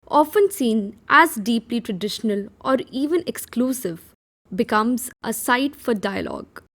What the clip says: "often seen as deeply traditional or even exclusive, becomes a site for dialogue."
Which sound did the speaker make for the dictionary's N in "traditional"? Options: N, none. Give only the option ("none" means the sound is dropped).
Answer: N